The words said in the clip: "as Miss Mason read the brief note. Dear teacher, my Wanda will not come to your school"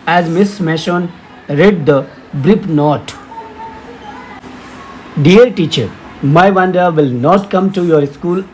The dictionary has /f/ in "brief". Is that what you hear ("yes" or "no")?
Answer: no